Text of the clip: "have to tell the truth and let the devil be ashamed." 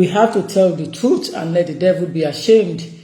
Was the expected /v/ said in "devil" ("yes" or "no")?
yes